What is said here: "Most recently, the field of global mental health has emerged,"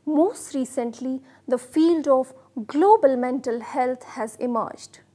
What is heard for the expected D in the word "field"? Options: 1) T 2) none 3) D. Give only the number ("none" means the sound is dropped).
3